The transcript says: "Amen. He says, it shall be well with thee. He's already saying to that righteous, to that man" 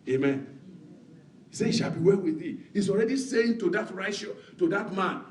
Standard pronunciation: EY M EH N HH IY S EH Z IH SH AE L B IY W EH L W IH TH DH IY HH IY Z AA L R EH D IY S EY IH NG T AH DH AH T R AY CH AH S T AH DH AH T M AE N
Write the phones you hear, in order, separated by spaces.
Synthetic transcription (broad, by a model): EY M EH N HH IY S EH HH IH SH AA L B IY W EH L W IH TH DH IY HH IY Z AA L R EH D IY S EY IH NG T AH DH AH T R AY AH SH T AH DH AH T M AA N